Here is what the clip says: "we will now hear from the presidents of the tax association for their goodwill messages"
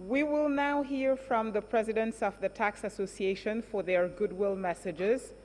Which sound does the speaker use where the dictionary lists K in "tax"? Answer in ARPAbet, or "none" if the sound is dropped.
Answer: K